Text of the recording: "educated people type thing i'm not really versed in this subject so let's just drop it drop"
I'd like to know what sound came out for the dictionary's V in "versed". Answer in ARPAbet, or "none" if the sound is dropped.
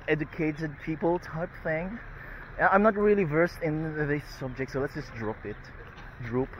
V